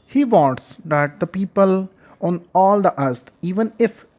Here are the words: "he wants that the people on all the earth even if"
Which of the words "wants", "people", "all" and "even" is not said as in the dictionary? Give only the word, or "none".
wants